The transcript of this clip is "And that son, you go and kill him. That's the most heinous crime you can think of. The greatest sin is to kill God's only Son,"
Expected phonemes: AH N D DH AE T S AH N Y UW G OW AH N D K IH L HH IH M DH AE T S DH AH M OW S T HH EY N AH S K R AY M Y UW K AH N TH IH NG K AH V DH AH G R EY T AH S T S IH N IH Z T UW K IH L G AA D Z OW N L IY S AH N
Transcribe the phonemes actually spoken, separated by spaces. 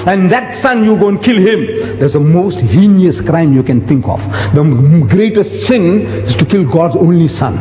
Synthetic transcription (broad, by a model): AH N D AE T S AH N Y UW G OW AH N K IH L HH IH M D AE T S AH M OW S T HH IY N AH S K R AY M Y UW K AH N T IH NG K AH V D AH G R EY T AH S T S IH N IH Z T UW K IH L G AA D Z OW N L IY S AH N